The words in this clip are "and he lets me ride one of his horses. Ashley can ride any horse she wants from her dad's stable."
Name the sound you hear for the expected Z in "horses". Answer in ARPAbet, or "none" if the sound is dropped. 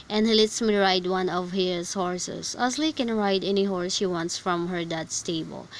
S